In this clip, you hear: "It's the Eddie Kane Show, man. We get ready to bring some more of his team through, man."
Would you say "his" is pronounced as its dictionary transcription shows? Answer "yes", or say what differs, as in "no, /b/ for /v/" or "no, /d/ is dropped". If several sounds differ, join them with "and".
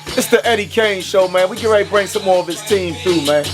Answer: no, /s/ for /z/